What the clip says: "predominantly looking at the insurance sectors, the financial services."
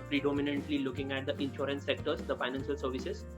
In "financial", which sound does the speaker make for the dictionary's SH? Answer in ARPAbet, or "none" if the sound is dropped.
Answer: SH